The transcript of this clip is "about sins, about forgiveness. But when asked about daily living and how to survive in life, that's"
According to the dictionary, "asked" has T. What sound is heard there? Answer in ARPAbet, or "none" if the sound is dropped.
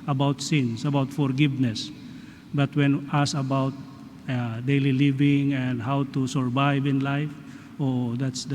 none